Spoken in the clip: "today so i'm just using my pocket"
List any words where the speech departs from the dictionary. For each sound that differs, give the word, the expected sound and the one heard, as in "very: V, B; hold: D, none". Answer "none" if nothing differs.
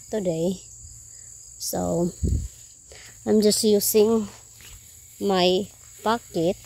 using: Z, S